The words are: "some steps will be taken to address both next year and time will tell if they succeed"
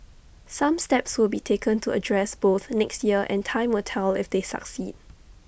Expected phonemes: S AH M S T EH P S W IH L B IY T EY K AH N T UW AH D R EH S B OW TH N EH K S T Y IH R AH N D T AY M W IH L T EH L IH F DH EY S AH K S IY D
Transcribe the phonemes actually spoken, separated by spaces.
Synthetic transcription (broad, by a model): S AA M S T EH P S W IH L B IY T EY K AH N T UW AH D R EH S B OW TH N EH K S T Y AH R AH N T AY M W IH L T EH L IH F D EY S AH K S IY D